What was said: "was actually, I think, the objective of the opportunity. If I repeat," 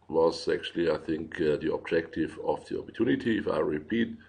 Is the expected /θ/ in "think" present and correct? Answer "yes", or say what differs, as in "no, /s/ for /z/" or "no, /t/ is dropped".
yes